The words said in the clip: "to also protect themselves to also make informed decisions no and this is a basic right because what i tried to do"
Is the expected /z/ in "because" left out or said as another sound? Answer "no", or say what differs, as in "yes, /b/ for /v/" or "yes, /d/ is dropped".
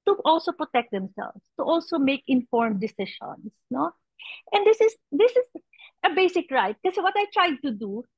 yes, /z/ is dropped